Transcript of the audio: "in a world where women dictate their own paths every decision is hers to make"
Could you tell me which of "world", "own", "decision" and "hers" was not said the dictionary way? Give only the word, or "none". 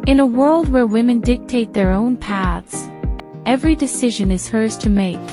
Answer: none